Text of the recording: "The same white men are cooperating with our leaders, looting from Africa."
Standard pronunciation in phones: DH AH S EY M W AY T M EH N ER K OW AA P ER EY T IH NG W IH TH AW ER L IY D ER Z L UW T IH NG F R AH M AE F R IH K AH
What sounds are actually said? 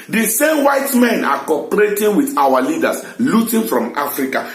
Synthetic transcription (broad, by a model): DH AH S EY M W AY T M EH N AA K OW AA P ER EY T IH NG W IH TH AW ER L IY D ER S L UW T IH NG F R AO M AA F R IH K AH